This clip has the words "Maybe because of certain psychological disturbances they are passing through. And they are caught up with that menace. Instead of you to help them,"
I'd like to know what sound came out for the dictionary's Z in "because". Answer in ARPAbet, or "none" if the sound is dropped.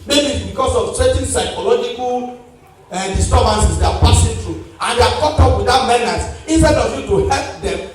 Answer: S